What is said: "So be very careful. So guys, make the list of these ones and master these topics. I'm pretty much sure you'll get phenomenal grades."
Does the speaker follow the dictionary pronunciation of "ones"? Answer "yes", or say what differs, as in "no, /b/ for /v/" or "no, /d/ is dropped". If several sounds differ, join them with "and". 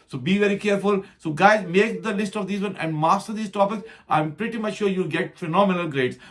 no, /z/ is dropped